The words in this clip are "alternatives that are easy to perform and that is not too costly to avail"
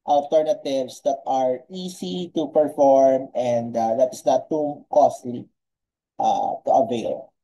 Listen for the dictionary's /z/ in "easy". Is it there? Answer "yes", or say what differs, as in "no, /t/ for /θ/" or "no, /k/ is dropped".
no, /s/ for /z/